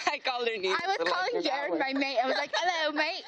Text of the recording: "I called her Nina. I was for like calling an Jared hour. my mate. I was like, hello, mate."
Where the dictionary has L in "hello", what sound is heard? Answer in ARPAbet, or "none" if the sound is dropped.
L